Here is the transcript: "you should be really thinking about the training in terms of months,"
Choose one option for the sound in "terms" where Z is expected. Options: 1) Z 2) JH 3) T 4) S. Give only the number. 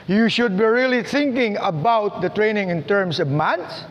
4